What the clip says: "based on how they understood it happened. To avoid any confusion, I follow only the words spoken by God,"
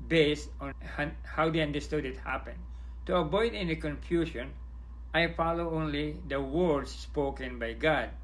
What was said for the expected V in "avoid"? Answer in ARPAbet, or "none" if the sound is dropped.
B